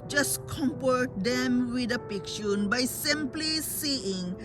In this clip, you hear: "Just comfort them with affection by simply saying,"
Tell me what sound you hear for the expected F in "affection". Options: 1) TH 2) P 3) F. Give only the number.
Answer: 2